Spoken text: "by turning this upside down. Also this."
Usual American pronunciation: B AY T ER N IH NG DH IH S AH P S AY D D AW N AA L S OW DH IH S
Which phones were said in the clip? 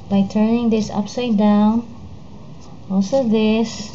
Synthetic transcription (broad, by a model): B AY T ER N IH NG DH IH S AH P S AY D D AW N AA L S OW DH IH S